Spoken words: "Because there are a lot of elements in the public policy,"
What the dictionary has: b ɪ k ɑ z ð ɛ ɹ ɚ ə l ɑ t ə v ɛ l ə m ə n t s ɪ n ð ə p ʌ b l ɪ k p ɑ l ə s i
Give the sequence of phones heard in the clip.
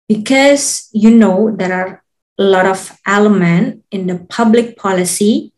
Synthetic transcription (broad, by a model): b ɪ k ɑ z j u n ɚ ə l ɑ t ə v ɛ l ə m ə n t ɪ n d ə p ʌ b l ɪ k p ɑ l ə s i